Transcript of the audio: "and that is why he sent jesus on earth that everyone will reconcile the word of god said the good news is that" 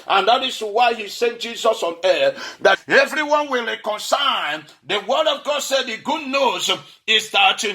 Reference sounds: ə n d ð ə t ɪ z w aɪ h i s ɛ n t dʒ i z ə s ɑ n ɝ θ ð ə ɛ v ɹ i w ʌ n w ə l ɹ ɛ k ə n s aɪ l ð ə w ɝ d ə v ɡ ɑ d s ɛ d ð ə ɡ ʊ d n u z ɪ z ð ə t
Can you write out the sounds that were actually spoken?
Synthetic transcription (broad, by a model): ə n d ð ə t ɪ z w aɪ h i s ɛ n t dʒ i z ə s ɑ n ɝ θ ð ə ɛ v ɹ i w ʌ n w ə l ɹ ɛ k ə n s aɪ n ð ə w ɝ d ə v ɡ ɑ d s ɛ d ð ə ɡ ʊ d n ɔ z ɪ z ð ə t